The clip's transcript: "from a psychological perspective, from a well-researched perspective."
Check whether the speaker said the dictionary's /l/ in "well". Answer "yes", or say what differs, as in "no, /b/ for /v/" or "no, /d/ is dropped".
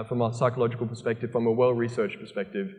yes